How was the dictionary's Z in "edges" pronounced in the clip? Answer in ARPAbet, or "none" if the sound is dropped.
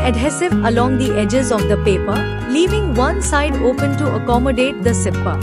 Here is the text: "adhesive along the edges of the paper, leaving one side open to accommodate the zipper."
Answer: Z